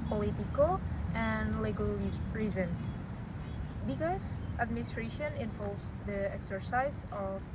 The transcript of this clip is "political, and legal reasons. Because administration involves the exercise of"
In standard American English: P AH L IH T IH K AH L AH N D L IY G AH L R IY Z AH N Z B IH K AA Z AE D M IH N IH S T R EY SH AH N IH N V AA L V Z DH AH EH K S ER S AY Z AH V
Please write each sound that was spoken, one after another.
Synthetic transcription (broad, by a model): P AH L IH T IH K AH L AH N L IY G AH L R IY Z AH N S B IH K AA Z AE D M IH N IH S T R EY SH AH N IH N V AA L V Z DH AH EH K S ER S AY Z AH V